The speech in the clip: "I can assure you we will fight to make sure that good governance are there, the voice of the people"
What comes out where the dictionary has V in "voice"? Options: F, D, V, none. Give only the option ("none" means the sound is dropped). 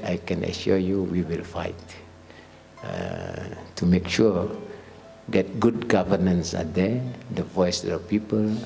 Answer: V